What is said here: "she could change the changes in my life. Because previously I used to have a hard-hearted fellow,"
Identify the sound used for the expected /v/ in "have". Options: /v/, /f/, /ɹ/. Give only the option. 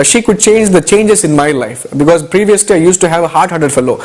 /v/